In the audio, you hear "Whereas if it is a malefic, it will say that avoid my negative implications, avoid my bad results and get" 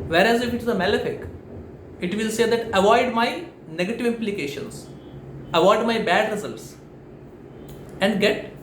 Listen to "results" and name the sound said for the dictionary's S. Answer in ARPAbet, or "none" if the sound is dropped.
S